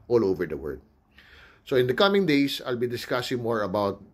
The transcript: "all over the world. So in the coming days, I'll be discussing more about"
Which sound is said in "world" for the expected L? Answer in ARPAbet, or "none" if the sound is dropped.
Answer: none